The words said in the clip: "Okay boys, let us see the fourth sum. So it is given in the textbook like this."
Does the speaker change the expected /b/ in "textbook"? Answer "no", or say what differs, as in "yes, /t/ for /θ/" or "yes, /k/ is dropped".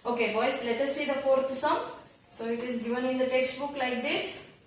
no